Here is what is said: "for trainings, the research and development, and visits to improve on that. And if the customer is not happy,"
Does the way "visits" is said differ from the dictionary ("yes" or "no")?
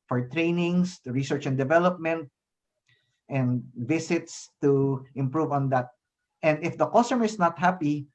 yes